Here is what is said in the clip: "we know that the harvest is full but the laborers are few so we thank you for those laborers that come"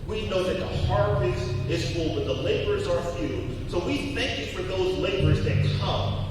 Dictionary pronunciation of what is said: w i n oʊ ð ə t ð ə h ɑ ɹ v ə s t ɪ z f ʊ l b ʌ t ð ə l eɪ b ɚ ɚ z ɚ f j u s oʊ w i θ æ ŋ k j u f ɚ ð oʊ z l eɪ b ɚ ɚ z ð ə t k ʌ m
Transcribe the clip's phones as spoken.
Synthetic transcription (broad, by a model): w i n oʊ ð ə t ð ə h ɑ ɹ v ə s ɪ z f ʊ l b ʌ t ð ə l eɪ b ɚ ɚ z ɚ f j u s oʊ w i θ æ ŋ k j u f ɚ ð oʊ z l eɪ b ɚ ɚ z ð ə t k ʌ m